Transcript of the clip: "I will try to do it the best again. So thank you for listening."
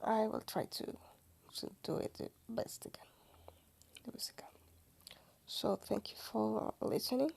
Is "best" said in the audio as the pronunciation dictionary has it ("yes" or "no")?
yes